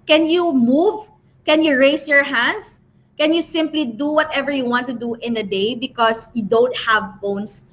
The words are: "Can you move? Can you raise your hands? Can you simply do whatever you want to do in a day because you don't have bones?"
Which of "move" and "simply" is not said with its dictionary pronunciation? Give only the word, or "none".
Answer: none